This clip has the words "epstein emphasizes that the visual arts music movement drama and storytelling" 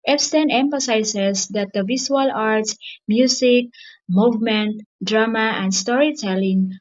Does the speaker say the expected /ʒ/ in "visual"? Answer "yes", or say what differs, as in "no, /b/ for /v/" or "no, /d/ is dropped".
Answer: no, /s/ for /ʒ/